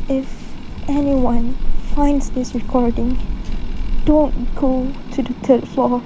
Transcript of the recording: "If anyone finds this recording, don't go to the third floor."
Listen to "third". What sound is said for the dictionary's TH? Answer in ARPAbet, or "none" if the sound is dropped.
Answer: T